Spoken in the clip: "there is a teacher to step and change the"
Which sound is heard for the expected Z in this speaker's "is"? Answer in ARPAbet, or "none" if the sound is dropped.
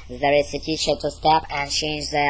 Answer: S